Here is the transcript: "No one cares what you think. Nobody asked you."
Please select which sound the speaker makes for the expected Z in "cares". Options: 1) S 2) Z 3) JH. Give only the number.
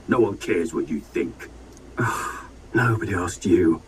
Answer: 2